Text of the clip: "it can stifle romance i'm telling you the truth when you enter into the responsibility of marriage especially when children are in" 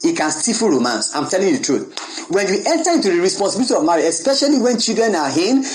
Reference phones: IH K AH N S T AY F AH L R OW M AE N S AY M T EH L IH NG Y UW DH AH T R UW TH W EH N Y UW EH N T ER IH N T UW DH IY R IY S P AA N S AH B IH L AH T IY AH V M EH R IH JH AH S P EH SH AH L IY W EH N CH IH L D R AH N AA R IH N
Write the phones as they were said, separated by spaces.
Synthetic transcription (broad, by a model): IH K AH N S T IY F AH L R OW M AE N S AY M T EH L IH NG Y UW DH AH T R UW TH W EH N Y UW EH N T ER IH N T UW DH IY R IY S P AA N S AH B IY L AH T IY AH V M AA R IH AH S P EH SH AH L IY W EH N CH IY L D R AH N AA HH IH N